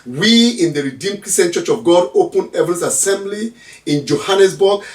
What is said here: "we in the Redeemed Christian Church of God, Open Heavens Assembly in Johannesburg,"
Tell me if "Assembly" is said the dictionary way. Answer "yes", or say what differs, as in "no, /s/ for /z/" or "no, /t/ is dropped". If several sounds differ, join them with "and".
yes